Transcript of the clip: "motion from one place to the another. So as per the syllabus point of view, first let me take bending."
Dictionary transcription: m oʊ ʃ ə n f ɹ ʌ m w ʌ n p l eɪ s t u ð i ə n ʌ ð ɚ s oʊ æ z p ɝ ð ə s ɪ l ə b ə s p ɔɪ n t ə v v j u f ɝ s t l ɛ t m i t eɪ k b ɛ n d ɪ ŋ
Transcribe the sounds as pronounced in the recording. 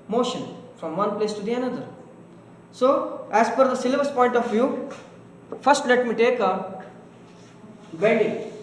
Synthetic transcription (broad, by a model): m oʊ ʃ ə n f ɹ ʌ m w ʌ n p l eɪ s t u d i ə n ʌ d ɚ s oʊ æ z f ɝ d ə s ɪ l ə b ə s p ɔɪ n t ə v v j u f ɝ s t l ɛ t m i t eɪ k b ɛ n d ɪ